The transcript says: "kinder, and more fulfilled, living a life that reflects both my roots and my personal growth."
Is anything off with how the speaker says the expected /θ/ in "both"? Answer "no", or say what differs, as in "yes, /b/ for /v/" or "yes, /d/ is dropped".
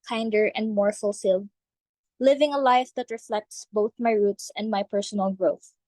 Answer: no